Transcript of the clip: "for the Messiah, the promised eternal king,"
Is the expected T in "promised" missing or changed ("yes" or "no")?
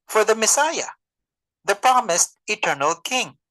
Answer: no